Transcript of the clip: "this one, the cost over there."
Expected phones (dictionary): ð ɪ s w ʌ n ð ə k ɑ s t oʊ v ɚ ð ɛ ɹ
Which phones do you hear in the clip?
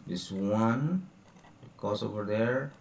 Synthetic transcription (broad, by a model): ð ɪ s w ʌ n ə k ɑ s oʊ v ɚ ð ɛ ɹ